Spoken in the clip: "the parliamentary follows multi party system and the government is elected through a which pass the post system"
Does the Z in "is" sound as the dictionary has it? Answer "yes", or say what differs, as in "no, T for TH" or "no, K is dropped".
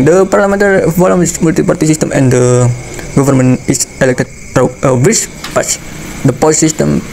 no, S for Z